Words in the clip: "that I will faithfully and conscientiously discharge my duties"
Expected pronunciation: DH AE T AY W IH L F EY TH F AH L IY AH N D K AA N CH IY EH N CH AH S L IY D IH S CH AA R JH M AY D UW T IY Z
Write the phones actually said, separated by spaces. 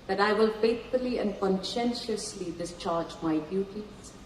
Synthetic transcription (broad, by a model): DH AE T AY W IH L F EY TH F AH L IY AH N D K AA N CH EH N SH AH S L IY D IH S CH AA R JH M AY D UW T IY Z